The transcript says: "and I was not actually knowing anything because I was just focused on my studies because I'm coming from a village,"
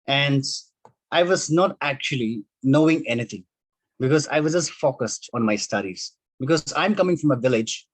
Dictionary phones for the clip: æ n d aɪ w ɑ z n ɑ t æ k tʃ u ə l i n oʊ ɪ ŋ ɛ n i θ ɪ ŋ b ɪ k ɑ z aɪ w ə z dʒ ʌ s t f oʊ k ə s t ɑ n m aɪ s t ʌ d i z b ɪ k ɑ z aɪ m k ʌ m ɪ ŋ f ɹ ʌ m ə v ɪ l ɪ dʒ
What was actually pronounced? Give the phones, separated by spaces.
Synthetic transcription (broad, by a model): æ n d aɪ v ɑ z n ɑ t æ k tʃ u ə l i n oʊ ɪ ŋ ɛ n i t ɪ ŋ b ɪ k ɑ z aɪ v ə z dʒ ʌ s t f oʊ k ə s t ɑ n m aɪ s t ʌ d i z b ɪ k ɑ z aɪ m k ʌ m ɪ ŋ f ɹ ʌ m ə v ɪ l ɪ dʒ